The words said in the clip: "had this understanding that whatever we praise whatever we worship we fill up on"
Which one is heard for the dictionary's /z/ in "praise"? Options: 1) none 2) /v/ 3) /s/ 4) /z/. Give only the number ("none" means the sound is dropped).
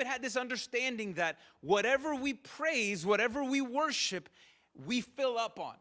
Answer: 4